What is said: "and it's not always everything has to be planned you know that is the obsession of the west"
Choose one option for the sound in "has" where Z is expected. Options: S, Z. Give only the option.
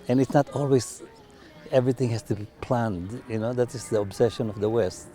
S